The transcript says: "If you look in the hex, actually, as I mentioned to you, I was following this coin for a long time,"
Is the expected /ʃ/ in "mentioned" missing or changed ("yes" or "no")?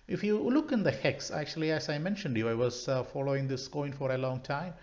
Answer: no